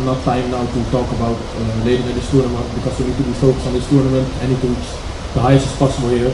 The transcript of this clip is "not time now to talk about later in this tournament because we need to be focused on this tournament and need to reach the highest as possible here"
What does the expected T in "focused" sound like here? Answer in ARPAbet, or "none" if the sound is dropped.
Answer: none